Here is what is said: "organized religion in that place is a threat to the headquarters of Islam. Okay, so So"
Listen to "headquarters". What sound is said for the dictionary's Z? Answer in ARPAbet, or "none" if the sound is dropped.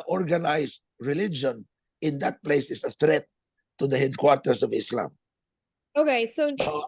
S